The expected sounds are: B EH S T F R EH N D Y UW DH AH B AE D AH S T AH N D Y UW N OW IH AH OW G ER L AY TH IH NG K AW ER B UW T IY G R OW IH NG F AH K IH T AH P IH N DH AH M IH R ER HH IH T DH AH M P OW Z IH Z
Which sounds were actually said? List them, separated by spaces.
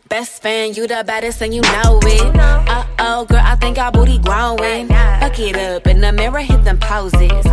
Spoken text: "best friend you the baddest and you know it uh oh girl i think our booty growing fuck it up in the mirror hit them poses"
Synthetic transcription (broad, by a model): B EH S T F AE N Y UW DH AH B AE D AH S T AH N Y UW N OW IH AH OW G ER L AY TH IH NG K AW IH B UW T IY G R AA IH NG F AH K IH T AH P IH N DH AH M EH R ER HH IH T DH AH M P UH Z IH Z